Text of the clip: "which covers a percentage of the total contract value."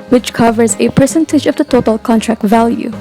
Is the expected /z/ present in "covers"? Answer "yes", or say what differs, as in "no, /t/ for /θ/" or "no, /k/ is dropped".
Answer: yes